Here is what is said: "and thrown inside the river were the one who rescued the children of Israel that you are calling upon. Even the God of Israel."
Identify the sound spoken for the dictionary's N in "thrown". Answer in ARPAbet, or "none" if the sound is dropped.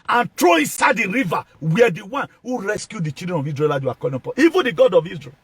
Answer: none